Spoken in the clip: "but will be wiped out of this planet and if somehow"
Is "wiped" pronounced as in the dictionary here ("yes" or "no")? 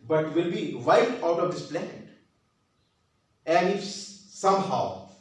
no